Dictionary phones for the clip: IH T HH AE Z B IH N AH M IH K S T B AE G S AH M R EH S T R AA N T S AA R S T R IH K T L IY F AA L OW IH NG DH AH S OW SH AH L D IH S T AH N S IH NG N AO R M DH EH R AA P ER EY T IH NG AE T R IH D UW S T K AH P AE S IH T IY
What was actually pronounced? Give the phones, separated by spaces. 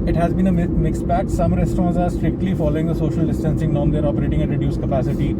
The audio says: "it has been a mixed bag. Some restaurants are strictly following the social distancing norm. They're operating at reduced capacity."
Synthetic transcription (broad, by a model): IH T HH AE Z B IH N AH M IH K S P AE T S AH M R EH S T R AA N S AA R S T R IH K T L IY F AA L OW IH NG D AH S OW SH AH L D IH S T AH N S IH NG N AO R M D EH R AA P ER EY T IH NG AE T R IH D UW S K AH P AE S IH T IY